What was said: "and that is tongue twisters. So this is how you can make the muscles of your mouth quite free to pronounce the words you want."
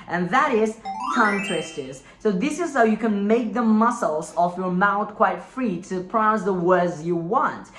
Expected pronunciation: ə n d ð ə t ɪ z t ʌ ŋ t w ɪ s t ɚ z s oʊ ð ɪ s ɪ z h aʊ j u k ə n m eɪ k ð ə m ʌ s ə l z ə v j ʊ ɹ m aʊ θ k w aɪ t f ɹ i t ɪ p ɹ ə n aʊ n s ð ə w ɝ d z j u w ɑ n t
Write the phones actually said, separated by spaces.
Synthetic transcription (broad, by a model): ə n ð ə t ɪ z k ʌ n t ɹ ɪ s t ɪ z s oʊ ð ɪ s ɪ z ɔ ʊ j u k ə n m eɪ k ð ə m ʌ s l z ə f j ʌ ɹ m aʊ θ k w aɪ t f ɹ i t ɪ p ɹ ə ʊ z ð ə w ɝ d z j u w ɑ n t